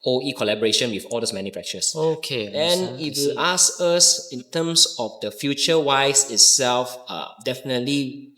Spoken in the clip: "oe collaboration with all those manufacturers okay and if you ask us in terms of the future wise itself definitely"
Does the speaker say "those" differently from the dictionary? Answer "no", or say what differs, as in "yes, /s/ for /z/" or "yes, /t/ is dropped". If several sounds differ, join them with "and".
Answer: yes, /s/ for /z/